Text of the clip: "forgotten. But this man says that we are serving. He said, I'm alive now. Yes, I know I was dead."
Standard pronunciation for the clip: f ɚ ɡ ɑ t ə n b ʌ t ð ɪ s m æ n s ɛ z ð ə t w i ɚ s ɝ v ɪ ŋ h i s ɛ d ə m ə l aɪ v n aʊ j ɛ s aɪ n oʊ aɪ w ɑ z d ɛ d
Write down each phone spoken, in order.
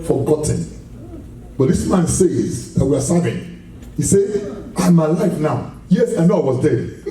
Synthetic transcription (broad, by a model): f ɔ ɡ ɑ t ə n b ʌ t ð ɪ s m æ n s ɛ z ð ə t w i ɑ s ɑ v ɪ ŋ h i s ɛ ə m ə l aɪ f n aʊ j ɛ s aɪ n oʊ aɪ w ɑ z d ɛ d